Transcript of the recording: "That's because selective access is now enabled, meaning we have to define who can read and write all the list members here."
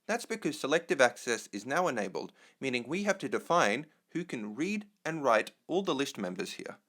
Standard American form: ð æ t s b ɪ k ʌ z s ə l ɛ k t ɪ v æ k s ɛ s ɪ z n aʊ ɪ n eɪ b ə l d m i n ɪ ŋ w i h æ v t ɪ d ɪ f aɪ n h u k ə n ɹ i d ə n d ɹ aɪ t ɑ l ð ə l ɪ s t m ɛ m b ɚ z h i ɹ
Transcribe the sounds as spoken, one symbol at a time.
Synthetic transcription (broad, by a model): ð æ t s b ɪ k ʌ z s ə l ɛ k t ɪ v æ k s ɛ s ɪ z n aʊ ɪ n eɪ b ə l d m i n ɪ ŋ w i h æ f t ɪ d ɪ f aɪ n h u k ə n ɹ i d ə n ɹ aɪ t ɑ l ð ə l ɪ s t m ɛ m b ɚ z h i ɹ